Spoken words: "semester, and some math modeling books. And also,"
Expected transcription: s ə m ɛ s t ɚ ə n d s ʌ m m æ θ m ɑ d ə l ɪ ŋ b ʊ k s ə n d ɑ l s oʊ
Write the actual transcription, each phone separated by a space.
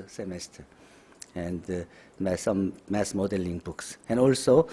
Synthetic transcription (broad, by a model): s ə m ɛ s t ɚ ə n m s ʌ m m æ s m ɑ d ə l ɪ ŋ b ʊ k s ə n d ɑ l s oʊ